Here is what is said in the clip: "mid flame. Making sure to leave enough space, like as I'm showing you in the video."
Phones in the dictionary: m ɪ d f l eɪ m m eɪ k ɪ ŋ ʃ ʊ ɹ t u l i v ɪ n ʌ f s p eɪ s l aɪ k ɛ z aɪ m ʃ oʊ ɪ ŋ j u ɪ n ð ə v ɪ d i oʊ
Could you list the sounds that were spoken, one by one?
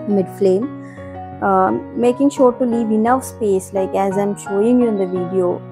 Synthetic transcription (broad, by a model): m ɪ d f l eɪ m m eɪ k ɪ ŋ ʃ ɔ ɹ t u l i v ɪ n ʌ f s p eɪ s l aɪ k ɛ z aɪ m ʃ oʊ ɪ ŋ j u ɪ n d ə v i d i oʊ